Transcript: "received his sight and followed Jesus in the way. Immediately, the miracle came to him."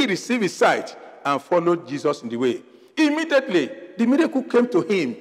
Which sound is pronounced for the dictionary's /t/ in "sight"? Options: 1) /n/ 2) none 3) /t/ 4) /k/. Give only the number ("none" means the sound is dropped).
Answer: 3